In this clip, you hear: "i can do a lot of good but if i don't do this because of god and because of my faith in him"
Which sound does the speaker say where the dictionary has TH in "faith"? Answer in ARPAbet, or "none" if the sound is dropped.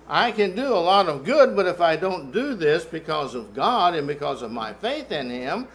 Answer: TH